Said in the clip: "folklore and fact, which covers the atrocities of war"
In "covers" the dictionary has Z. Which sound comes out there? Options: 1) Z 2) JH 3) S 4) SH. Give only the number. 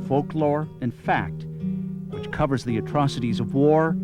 1